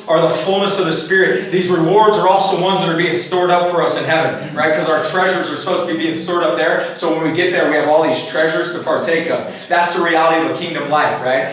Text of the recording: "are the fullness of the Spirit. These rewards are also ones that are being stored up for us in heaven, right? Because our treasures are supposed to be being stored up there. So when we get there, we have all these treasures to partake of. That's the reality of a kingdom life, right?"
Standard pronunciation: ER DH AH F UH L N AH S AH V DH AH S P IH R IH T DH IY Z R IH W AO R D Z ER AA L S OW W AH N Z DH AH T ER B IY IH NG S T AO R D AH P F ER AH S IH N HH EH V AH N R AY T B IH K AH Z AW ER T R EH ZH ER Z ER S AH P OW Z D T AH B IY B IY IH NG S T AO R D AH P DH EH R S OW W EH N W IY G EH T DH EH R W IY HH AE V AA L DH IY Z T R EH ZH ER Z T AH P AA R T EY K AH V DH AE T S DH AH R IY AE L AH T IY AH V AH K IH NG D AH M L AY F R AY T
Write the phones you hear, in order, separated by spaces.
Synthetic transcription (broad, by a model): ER DH AH F UH L N AH S AH V DH AH S P IH R IH T DH IY Z R IH W AO R D Z ER AA L S OW W AH N Z DH AH T ER B IY IH NG S T AO R D AH P F ER AH S IH N HH EH V AH N R AY T K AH Z AW ER T R EH ZH ER Z ER S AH P OW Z T AH B IY B IY IH NG S T AO R D AH P DH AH R S OW W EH N W IY G EH T DH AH R W IY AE V AA L DH IY Z T R EH ZH ER Z T AH P AA R T EY K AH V DH AE T S DH AH R IY AE L AH T IY AH V AH K IH NG D AH M L AY F R AY T